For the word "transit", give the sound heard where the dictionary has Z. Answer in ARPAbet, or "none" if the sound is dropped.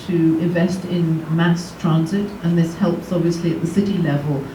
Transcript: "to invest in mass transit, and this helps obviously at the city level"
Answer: Z